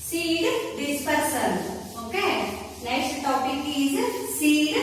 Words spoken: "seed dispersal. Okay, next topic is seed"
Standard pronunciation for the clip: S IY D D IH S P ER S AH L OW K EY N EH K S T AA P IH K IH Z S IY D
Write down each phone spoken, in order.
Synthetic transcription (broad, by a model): S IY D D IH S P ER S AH N OW K EY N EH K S T AA P IH K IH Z S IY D